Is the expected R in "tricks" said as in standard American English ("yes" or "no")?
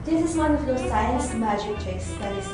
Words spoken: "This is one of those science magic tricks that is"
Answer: no